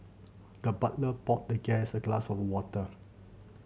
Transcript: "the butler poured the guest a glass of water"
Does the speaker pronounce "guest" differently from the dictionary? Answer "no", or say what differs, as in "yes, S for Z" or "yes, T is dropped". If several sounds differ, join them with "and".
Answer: yes, T is dropped